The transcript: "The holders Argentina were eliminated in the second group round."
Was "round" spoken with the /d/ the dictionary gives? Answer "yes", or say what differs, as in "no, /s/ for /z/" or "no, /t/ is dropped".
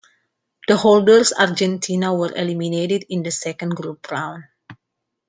no, /d/ is dropped